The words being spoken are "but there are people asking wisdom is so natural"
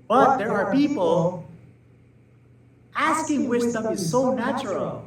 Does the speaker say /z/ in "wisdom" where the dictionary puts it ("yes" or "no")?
no